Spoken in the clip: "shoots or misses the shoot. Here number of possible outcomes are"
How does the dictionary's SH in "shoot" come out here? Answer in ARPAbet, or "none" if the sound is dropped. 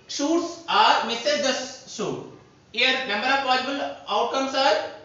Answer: S